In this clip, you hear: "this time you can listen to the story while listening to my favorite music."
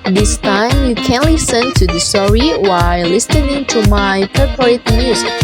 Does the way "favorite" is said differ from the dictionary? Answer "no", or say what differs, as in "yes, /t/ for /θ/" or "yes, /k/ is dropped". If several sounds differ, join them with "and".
yes, /p/ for /f/ and /p/ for /v/